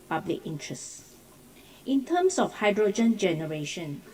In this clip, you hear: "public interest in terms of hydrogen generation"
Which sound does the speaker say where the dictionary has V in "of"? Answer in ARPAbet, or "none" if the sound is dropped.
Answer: F